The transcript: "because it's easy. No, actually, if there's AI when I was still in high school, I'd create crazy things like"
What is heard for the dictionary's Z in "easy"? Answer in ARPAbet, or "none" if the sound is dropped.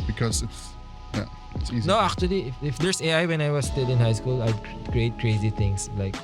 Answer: S